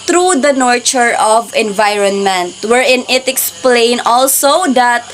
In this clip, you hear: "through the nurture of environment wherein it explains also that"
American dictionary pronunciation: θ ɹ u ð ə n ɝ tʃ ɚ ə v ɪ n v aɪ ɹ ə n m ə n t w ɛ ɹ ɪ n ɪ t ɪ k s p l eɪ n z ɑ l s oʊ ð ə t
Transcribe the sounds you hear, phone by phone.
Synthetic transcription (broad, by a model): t ɹ u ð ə n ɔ tʃ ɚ ə v ɪ n v aɪ ɹ ə n m ə n t w ɛ ɹ ɪ n ɪ t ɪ k s p l eɪ n ɑ l s oʊ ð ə t